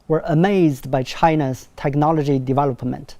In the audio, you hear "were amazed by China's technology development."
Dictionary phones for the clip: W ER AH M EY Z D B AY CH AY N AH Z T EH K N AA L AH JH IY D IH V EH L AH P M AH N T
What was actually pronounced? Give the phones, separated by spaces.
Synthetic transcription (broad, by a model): W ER AH M EY Z D B AY CH AY N AH Z T EH K N AA L AH JH IY D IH V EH L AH P M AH N T